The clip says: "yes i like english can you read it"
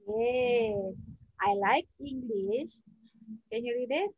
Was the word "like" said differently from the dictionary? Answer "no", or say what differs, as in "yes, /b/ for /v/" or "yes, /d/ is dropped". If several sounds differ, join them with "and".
no